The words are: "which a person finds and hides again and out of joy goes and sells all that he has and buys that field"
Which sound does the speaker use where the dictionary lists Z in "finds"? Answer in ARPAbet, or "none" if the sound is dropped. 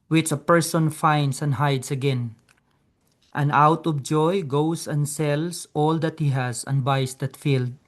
S